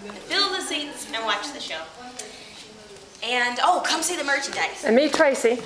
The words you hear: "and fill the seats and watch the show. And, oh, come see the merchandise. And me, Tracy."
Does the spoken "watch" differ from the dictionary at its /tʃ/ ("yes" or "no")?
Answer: no